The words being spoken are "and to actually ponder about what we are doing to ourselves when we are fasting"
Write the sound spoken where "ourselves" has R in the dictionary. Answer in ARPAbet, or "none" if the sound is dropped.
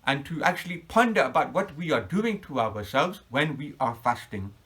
W